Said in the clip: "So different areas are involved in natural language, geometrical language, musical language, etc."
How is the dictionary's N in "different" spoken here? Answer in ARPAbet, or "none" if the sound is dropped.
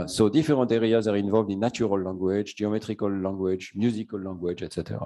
none